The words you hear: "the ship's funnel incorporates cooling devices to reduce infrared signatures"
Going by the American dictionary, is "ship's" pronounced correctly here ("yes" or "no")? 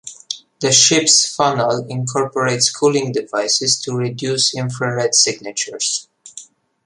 yes